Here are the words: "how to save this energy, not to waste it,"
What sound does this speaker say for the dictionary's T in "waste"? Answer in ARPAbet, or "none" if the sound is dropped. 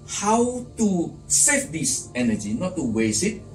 none